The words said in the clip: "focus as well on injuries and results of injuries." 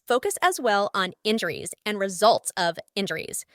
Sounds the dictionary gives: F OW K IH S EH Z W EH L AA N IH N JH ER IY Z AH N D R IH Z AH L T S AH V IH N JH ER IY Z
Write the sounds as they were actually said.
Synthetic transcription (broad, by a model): F OW K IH S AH Z W EH L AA N IH N JH ER IY Z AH N R IH Z AH L T S AH V IH N JH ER IY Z